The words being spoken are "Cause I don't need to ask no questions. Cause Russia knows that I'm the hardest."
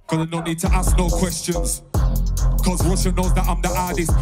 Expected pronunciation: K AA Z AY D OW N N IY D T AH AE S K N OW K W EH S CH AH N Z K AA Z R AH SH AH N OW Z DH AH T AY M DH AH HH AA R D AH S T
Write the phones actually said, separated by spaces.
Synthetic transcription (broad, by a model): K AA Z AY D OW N N IY D T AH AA S K N OW K W EH S CH AH N Z K AA Z W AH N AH N OW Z DH AH T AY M DH AH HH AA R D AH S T